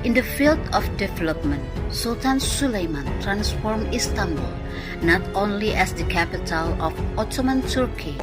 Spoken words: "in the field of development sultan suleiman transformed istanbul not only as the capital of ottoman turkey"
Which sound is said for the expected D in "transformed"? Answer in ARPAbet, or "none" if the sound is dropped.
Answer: none